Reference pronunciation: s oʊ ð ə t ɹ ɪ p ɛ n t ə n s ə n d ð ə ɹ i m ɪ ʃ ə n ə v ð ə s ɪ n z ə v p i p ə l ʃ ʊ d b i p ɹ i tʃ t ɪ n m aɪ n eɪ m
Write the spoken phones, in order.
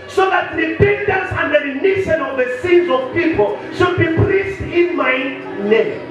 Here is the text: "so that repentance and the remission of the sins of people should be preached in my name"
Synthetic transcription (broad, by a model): s oʊ ð ə t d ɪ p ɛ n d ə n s ə n d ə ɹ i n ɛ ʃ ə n ə v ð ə s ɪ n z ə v p i p ə l ʃ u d b i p l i s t ɪ n m aɪ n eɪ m